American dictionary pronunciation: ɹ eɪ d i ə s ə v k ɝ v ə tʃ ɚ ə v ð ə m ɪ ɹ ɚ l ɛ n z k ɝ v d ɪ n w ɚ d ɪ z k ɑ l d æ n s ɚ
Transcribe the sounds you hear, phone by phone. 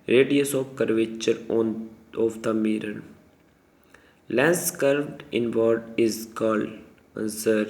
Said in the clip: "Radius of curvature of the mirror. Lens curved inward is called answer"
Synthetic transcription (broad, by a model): ɹ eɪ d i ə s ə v k ɝ v ə tʃ ɚ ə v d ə m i ɹ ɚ l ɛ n s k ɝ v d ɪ n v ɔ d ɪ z k ɑ l d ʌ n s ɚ